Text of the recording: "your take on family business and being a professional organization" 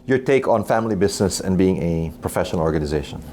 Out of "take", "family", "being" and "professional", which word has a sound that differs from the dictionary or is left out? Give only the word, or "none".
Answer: none